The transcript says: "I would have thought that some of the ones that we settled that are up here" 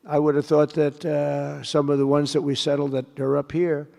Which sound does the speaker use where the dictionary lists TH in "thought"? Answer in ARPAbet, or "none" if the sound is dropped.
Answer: TH